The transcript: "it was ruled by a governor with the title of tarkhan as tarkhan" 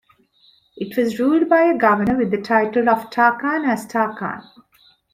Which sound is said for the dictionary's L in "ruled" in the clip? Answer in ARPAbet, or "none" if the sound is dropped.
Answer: L